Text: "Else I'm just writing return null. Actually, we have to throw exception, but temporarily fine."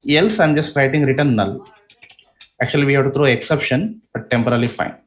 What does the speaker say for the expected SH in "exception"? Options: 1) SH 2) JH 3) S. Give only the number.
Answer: 1